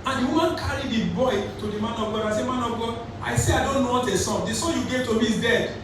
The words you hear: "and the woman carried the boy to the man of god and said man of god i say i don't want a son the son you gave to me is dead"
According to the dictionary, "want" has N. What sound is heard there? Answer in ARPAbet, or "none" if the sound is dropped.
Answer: none